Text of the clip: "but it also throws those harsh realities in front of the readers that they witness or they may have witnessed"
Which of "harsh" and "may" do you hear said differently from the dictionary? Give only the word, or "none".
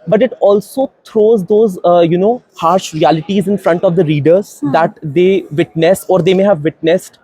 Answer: none